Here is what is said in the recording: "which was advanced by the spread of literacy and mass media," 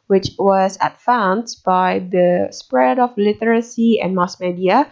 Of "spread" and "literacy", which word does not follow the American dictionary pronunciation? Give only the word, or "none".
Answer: none